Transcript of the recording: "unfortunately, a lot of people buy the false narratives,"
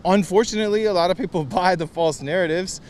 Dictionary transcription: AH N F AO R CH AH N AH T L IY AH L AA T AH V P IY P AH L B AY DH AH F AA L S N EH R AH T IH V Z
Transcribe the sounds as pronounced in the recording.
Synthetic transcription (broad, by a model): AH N F AO R CH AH N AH T L IY AH L AA T AH V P IY P L B AY DH AH F AA L S N EH R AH T IH V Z